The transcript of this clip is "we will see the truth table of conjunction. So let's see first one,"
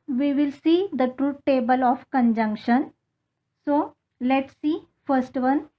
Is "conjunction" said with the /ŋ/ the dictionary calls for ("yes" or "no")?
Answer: yes